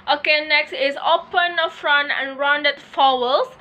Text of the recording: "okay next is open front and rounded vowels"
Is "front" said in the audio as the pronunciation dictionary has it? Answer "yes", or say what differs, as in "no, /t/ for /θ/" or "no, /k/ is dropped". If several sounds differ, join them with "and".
yes